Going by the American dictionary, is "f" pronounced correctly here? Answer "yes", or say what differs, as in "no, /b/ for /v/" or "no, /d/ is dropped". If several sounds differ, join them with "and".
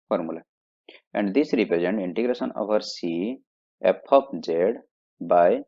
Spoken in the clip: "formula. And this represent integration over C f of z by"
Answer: no, /p/ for /f/